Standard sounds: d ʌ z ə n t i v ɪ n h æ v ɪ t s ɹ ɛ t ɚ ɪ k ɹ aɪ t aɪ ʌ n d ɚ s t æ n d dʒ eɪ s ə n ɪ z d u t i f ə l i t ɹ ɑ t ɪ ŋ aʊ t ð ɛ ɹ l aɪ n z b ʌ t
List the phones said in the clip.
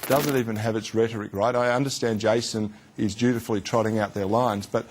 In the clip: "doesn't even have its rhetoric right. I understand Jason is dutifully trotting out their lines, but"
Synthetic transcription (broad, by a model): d ʌ z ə n t i v ɪ n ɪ v ɪ t s ɹ ɛ t ɚ ɪ k ɹ aɪ t aɪ ʌ n d ɚ s t æ n d dʒ eɪ s ə n ɪ z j u t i f l i t ɹ ɑ t ɪ ŋ aʊ t ð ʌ ɹ l aɪ n z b ʌ t